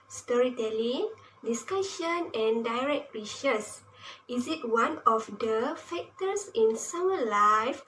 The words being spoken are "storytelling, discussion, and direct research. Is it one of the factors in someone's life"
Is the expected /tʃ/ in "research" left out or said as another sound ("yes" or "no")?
yes